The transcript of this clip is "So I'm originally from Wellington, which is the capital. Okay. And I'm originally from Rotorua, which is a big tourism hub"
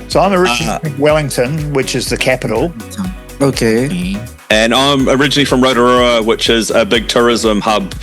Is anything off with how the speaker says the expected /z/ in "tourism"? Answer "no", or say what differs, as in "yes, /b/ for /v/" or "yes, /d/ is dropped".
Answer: no